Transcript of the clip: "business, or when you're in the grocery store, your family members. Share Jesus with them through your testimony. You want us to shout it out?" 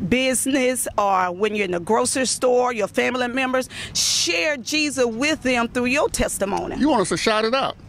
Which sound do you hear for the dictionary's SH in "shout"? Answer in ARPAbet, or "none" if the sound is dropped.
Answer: SH